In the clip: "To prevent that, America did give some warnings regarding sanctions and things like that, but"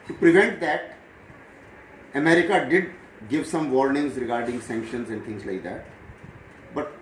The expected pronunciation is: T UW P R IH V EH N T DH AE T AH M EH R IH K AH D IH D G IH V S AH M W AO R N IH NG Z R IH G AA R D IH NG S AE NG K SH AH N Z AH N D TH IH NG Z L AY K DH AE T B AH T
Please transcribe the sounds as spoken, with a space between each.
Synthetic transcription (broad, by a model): T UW P R IH V EH N T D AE T AH M EH R IH K AH D IH D G IH V S AH M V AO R N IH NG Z R IH G AA R D IH NG S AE NG K SH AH N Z AH N D T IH NG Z L AY K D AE T B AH T